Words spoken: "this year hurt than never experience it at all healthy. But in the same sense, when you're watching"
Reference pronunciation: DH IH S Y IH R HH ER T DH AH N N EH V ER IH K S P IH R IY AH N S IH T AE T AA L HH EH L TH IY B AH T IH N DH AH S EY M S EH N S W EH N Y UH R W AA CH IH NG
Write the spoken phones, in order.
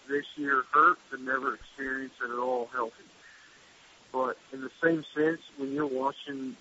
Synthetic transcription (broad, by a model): DH IH S Y IH R HH ER T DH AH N N EH V ER IH K S P IH R IY AH N S IH T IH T AA L HH EH L TH IY B AH T IH N DH AH S EY M S EH N S W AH N Y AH R W AA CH IH NG